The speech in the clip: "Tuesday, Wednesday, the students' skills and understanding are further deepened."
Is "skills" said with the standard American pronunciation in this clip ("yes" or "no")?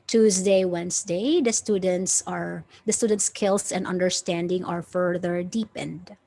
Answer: no